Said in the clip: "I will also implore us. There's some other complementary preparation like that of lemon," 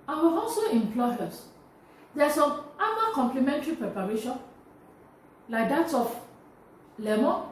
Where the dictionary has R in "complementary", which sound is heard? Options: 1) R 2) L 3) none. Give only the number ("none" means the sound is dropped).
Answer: 1